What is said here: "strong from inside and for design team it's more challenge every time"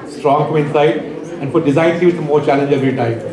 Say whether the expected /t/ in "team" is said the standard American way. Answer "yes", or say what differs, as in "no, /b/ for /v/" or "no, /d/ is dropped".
no, /s/ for /t/